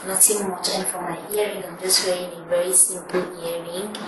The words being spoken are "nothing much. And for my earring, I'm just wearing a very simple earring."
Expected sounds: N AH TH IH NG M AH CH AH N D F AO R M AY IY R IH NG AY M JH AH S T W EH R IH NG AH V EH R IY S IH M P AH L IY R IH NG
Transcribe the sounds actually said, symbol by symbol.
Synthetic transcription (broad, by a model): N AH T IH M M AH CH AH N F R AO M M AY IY R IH NG AY M JH AH S T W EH IH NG AH V EH R IY S IH M P AH L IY R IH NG